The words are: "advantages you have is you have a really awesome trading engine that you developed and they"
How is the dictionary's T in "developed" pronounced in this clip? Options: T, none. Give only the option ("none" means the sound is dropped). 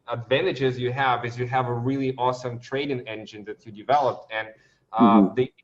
T